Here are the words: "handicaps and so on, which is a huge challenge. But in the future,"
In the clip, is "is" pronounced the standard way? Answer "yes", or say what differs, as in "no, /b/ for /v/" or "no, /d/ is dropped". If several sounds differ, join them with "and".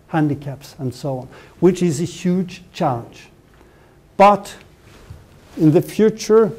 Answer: yes